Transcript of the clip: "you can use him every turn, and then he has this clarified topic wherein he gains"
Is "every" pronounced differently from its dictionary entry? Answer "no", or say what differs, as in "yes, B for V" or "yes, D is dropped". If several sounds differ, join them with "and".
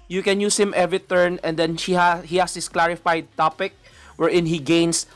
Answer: yes, R is dropped